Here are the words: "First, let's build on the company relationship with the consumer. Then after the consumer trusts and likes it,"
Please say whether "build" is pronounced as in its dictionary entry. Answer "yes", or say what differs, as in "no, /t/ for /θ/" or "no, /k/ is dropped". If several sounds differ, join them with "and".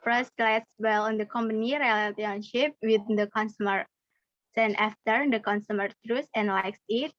no, /d/ is dropped